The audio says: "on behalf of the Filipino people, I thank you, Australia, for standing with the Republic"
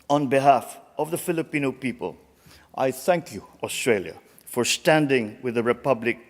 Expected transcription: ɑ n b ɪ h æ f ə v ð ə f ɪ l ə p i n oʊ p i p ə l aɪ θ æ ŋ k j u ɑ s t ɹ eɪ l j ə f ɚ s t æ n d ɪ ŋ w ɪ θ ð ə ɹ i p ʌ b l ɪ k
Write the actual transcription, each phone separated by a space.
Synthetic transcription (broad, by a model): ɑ n b ɪ h æ f ə v ð ə f ɪ l ə p i n oʊ p i p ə l aɪ θ æ ŋ k j u ɑ s t ɹ eɪ l j ə f ɚ s t æ n d ɪ ŋ w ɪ ð ə ɹ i p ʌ b l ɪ k